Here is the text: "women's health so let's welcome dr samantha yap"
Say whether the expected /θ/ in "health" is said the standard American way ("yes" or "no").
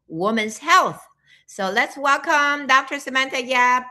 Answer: yes